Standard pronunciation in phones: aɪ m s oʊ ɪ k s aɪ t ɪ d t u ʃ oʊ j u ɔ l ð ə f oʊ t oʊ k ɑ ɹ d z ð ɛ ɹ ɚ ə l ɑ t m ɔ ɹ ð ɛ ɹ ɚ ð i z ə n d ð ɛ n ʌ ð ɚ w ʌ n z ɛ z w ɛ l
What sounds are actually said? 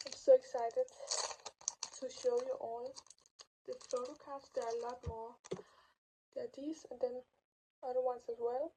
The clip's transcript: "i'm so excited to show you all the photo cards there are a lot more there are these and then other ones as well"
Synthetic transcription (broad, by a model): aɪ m s oʊ ɪ k s aɪ t ɪ d t u ʃ oʊ j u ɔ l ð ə f oʊ t oʊ k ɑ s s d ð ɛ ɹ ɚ ə l ɑ t m ɔ ɹ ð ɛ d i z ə n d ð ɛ n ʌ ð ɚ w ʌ n s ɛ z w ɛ l